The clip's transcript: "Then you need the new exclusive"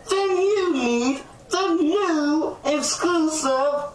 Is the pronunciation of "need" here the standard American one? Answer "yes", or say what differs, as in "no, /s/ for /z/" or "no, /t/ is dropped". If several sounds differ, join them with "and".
no, /l/ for /n/